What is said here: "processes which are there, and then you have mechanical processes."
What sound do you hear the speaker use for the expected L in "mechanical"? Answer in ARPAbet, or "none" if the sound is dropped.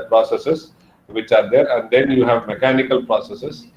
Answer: L